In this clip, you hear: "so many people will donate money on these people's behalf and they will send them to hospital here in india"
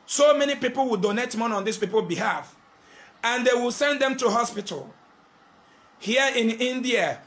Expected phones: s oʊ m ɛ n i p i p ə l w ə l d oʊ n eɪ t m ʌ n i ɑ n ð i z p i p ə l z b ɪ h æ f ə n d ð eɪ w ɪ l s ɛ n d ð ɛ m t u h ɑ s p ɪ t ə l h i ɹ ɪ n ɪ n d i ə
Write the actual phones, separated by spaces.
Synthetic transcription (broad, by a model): s oʊ m ɛ n i p i p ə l w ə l d oʊ n eɪ t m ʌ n ɑ n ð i s p i p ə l b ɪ h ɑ f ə n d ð eɪ w ɪ l s ɛ n d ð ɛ m t u h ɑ s p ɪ t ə l h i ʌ ɪ n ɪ n d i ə